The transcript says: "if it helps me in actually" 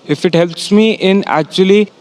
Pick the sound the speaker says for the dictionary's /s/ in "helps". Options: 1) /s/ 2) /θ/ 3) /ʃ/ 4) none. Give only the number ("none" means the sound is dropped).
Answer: 1